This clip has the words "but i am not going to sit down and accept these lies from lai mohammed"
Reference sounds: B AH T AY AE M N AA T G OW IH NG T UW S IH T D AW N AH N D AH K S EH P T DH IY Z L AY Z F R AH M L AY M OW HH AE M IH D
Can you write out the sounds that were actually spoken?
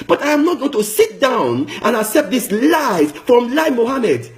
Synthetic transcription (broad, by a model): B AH T AY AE M N AA T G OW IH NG T UW S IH T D AW N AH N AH K S EH P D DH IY S L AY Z F R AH M L AY M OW HH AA M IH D